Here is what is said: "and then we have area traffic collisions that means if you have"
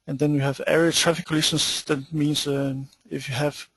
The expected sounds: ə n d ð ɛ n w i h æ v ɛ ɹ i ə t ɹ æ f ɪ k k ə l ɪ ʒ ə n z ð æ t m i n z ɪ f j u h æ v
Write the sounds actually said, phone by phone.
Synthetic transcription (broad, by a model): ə n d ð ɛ n w i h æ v ɛ ɹ i ə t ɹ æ f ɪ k k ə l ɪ ʃ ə n s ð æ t m i n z ɪ f j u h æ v